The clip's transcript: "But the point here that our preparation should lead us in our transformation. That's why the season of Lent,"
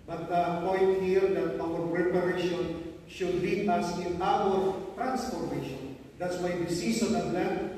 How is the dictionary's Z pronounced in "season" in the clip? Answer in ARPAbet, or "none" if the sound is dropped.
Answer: S